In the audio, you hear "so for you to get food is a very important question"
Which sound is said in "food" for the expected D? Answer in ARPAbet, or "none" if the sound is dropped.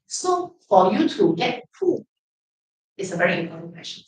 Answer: none